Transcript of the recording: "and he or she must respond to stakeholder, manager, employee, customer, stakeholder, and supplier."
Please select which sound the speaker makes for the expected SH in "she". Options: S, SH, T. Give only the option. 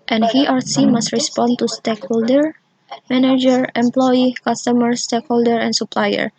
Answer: S